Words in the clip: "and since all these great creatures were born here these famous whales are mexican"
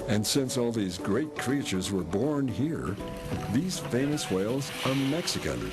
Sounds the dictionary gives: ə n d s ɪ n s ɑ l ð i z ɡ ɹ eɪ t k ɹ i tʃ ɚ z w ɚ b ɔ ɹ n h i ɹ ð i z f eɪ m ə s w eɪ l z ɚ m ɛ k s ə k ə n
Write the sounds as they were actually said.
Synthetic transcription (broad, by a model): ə n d s ɪ n s ɑ l ð i z ɡ ɹ eɪ t k ɹ i tʃ ɚ z w ɚ b ɔ ɹ n h i ɹ ð i z f eɪ m ə s w eɪ l z ɚ m ɛ k s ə k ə n